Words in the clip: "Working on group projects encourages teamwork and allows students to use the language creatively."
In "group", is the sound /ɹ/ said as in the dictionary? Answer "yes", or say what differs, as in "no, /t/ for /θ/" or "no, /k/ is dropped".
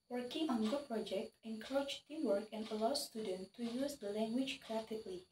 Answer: no, /ɹ/ is dropped